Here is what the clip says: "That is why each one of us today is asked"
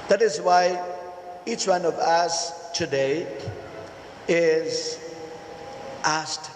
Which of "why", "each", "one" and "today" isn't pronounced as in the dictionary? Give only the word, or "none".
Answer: none